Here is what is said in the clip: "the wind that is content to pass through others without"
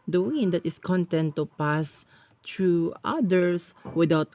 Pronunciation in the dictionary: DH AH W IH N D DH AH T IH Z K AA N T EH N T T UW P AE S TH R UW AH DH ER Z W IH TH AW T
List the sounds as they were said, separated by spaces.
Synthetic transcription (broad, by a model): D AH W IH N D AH T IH S K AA N T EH N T T UW P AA S T R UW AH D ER S W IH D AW T